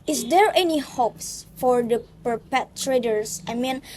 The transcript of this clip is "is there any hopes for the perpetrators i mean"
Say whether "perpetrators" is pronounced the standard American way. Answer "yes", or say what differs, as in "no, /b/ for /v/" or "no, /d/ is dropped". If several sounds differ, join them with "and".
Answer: no, /s/ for /z/